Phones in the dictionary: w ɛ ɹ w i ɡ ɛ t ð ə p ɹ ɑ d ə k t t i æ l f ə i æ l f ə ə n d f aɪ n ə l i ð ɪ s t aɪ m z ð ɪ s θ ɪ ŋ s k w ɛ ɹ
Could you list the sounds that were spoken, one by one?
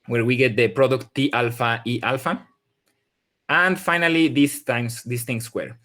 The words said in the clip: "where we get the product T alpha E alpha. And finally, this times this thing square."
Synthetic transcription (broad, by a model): w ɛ ɹ w i ɡ ɛ t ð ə p ɹ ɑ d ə k t t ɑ l f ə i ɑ l f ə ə n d f aɪ n ə l i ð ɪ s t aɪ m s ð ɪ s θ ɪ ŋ s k w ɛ ɹ